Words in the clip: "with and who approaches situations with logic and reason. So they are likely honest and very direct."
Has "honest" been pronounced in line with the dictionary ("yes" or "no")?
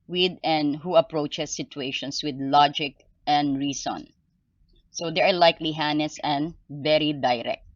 no